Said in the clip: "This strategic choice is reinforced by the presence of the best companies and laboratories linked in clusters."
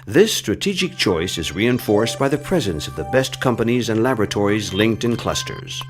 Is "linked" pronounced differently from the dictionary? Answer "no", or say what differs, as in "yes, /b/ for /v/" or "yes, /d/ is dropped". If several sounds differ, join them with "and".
no